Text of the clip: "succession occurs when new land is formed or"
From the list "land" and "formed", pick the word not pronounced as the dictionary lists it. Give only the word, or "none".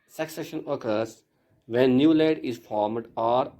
land